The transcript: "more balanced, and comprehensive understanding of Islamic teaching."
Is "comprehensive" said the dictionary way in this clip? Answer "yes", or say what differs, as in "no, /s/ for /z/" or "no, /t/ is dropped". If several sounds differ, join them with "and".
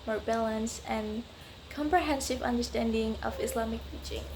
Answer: yes